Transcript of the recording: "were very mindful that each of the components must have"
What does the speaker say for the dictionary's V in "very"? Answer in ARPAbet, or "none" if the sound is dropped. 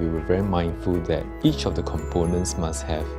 V